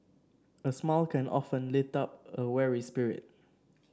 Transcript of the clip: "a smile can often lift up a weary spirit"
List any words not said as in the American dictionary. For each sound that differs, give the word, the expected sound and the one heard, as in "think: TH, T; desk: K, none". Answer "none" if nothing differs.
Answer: lift: F, none